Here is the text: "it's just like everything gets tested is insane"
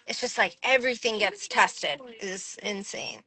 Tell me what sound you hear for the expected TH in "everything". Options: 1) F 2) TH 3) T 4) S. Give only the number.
2